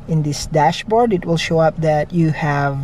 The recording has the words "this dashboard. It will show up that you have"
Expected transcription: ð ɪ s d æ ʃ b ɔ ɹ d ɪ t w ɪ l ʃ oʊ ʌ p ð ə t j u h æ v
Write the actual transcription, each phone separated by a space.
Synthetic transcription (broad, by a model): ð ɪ s d æ ʃ b ɔ ɹ d ɪ t w ɪ l ʃ oʊ ʌ p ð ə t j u h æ v